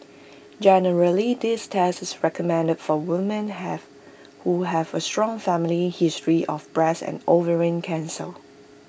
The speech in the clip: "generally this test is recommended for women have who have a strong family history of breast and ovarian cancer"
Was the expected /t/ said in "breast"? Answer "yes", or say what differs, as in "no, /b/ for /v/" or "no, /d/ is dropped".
no, /t/ is dropped